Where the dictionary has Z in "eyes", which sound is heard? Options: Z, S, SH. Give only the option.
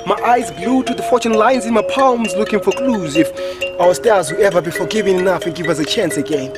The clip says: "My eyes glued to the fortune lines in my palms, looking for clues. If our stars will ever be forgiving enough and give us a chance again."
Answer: Z